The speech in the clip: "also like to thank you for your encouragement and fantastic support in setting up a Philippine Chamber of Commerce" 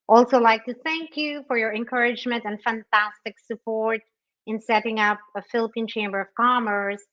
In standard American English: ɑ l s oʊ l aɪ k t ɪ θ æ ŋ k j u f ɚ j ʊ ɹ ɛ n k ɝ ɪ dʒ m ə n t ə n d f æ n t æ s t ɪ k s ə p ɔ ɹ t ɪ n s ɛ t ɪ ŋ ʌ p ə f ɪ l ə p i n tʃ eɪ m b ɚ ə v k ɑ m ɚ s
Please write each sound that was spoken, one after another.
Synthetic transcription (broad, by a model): ɑ l s oʊ l aɪ k t ɪ θ æ ŋ k j u f ɚ j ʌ ɹ ɛ n k ɝ ɪ dʒ m ə n t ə n f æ n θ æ s t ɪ k s ə p ɔ ɹ t ɪ n s ɛ t ɪ ŋ ʌ p ə f ɪ l ə p i n tʃ eɪ m b ɚ ə v k ɑ m ɚ s